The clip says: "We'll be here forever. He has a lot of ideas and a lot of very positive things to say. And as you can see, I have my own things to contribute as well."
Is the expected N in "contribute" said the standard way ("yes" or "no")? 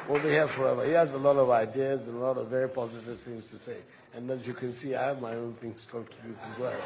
no